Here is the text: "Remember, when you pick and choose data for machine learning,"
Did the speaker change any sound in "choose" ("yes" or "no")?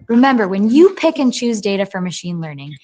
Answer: no